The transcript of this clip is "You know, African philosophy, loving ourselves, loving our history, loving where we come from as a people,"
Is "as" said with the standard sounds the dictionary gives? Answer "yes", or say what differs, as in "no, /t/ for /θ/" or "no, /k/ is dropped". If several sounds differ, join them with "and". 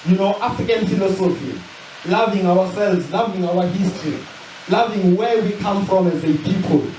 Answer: yes